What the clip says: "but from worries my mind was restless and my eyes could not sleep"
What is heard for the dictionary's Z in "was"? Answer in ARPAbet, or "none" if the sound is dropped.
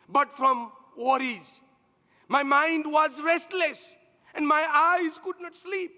Z